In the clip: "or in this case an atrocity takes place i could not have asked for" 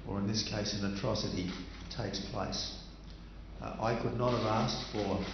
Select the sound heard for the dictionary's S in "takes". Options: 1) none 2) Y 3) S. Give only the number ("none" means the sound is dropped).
3